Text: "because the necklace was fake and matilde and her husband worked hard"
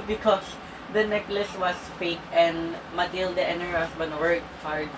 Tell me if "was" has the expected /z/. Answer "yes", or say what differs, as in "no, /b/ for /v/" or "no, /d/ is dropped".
no, /s/ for /z/